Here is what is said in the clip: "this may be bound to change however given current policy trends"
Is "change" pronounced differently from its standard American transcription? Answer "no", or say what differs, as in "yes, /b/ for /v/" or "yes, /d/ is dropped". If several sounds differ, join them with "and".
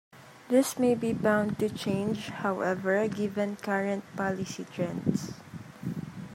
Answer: no